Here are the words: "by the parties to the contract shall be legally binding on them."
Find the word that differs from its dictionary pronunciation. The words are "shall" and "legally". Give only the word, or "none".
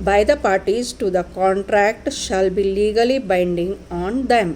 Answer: none